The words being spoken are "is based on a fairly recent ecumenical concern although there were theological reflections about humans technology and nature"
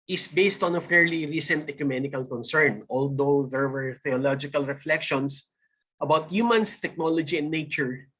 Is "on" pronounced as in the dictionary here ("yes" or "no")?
yes